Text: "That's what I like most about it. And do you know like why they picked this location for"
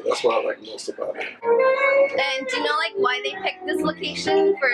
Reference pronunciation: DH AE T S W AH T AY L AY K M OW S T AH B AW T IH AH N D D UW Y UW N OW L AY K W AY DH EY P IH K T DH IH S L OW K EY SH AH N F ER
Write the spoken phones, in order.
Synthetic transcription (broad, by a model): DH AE T S W AY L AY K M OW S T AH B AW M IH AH N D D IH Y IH N OW L AY K W AY DH EY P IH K DH IH S L OW K EY SH AH N F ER